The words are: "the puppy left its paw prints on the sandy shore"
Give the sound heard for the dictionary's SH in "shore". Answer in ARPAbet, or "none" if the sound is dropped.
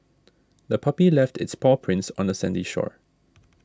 SH